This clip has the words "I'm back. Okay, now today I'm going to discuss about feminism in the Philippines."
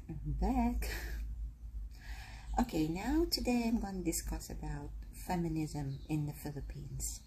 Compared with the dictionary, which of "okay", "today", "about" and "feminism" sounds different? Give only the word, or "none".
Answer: none